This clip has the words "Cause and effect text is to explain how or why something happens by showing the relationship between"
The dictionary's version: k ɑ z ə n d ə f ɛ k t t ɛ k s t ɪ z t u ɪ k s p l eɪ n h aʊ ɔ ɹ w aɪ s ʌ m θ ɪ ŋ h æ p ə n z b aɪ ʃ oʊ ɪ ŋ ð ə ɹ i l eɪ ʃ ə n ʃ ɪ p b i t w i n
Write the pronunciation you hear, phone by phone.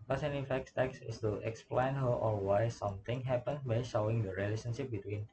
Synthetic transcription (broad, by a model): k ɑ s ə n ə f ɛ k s t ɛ k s ɪ s t u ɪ k s p l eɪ n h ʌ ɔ l w aɪ s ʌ m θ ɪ ŋ h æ p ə n b aɪ ʃ oʊ ɪ ŋ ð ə ɹ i l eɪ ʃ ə n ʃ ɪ p b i t w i n